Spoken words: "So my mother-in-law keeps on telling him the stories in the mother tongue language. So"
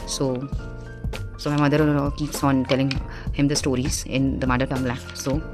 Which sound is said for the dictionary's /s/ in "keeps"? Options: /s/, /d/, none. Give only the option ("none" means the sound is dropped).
/s/